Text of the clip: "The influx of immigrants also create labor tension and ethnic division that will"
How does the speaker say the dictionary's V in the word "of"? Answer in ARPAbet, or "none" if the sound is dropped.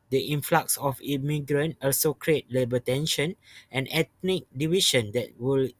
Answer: F